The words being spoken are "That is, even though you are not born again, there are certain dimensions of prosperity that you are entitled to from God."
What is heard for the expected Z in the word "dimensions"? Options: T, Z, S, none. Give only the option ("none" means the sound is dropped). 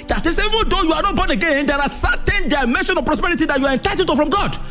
none